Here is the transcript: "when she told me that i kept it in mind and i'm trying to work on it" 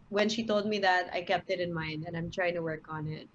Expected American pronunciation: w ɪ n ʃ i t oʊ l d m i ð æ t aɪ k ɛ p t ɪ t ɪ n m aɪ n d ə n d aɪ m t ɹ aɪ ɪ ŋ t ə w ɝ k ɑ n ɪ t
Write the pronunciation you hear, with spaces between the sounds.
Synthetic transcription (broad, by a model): w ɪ n ʃ i t oʊ l d m i ð æ t aɪ k ɛ p t ɪ t ɪ n m aɪ n d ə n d aɪ m t ɹ aɪ ɪ ŋ t ə w ɝ k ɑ n ɪ t